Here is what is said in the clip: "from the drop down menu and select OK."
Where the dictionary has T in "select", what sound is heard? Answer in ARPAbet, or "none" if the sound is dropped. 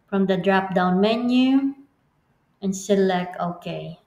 none